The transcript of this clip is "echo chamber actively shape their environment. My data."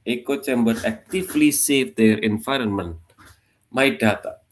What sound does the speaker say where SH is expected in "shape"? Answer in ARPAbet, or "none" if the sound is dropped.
S